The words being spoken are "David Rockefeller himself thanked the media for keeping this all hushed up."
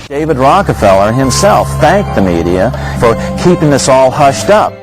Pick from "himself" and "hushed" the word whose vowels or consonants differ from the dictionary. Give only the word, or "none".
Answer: none